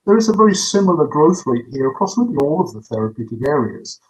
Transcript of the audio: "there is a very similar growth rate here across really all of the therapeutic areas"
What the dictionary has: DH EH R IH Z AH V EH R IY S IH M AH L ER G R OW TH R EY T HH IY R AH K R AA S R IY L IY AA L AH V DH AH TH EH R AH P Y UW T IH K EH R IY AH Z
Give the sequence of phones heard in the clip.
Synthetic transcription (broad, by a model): DH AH R IH Z AH V EH R IY S IH M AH L ER G R OW TH R EY T HH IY R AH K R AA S L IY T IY AA L AH V DH AH TH EH R AH P Y UW T IH K EH R IY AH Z